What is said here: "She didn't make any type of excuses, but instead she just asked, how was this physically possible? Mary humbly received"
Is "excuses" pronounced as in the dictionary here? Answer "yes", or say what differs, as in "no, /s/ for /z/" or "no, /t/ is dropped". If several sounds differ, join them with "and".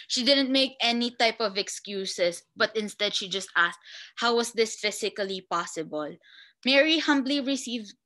no, /s/ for /z/